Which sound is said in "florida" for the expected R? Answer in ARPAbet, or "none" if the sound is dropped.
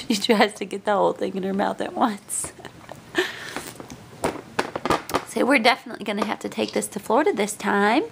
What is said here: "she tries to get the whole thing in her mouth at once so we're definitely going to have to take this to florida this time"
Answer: R